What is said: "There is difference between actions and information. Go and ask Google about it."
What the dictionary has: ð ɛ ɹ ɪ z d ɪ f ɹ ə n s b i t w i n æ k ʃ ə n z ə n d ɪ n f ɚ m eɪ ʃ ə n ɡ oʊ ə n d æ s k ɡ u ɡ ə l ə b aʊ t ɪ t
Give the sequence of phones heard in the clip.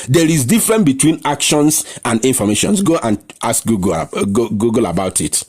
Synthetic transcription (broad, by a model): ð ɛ ɹ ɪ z d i f ɹ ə n b i t w i n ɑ k ʃ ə n s ə n d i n f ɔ m eɪ ʃ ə n ɡ oʊ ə n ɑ s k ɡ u ɡ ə l ə b aʊ t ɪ t